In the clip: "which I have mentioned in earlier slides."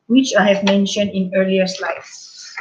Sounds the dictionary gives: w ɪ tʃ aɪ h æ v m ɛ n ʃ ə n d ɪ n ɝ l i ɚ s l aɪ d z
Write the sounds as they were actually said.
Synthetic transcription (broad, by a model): w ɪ tʃ aɪ h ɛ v m ɛ n ʃ ə n d ɪ n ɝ l i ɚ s l aɪ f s